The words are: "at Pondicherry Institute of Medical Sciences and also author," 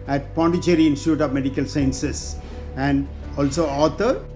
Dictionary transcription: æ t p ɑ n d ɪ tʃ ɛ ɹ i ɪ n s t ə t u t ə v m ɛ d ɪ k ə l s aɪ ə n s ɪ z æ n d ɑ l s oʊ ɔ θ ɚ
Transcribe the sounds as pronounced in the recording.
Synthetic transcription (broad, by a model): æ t p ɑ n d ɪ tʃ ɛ ɹ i ɪ n s t ə t u t ə v m ɛ d ɪ k ə l s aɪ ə n s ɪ s æ n d ɑ l s oʊ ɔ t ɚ